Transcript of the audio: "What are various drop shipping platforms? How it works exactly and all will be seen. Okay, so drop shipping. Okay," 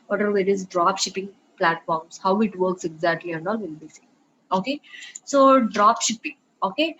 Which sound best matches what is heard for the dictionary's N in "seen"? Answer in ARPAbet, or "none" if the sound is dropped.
none